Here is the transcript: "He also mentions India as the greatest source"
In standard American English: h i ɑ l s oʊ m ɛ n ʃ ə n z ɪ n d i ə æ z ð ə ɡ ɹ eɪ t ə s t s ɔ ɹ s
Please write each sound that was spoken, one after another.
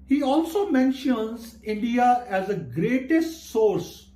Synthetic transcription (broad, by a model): h i ɑ l s oʊ m ɛ n ʃ ə n z ɪ n d i ə æ z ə ɡ ɹ eɪ t ə s t s ɔ ɹ s